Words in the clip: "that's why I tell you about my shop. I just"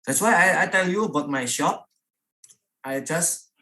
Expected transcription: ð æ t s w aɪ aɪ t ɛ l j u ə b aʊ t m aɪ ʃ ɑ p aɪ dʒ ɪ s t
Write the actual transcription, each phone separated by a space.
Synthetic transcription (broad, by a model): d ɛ t s w aɪ aɪ t ɛ l j u ə b aʊ t m aɪ ʃ ɑ p aɪ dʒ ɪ s